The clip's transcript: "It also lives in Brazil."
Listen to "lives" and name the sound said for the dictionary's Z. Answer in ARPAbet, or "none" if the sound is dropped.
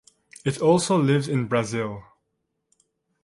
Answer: Z